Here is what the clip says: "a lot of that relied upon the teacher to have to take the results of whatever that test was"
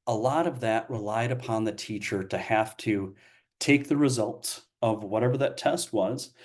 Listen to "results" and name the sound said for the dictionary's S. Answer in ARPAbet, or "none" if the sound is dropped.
S